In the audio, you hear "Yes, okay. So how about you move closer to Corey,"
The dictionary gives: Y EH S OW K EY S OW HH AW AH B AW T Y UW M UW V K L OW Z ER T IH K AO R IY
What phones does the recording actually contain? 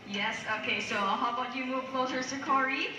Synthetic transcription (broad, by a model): Y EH S OW K EY S OW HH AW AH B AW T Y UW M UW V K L OW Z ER S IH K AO R IY